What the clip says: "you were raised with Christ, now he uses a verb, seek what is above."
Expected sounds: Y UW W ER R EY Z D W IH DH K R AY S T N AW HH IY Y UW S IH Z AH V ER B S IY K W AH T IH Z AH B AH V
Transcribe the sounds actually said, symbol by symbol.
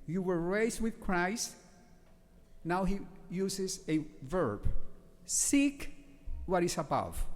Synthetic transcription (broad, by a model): Y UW W ER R EY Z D W IH DH K R AY S T N AW HH IY Y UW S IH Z AH V ER B S IY K W AH T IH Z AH B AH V